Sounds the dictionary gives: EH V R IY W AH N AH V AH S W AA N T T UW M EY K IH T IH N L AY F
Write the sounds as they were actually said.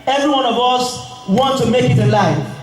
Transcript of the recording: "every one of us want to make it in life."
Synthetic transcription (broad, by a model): EH V R IY W AH N AH V AH S W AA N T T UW M EY K IH T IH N L AY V